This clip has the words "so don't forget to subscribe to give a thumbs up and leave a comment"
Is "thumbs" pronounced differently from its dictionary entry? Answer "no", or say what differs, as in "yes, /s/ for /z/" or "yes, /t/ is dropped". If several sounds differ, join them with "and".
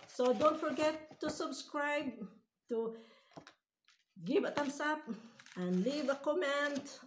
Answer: yes, /t/ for /θ/ and /s/ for /z/